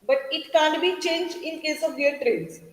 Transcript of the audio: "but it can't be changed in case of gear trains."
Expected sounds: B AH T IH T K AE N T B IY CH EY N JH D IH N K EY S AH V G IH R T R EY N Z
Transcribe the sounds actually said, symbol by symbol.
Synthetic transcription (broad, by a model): B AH T IH T K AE N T B IY CH EY N JH IH N K EY S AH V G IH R T R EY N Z